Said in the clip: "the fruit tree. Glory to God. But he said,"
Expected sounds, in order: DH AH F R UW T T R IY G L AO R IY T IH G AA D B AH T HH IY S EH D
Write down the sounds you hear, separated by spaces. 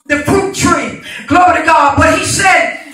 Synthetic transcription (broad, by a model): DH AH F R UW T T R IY G L AO R IY T IH G AA D B AH T HH IY S EH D